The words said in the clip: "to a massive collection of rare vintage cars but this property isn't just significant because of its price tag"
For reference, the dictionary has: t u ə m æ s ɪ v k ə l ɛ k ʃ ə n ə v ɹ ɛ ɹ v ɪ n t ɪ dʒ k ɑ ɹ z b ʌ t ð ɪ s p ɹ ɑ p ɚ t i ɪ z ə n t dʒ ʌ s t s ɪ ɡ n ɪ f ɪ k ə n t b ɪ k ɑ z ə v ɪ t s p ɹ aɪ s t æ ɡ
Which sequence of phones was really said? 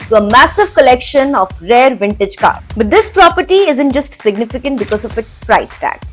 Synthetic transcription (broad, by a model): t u ə m æ s ɪ v k ə l ɛ k ʃ ə n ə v ɹ ɛ ɹ v ɪ n t ɪ dʒ k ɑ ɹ b ʌ t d ɪ s p ɹ ɑ p ɚ t i ɪ z ə n t dʒ ʌ s t s ɪ ɡ n ɪ f ɪ k ə n t b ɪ k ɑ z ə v ɪ t s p ɹ aɪ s t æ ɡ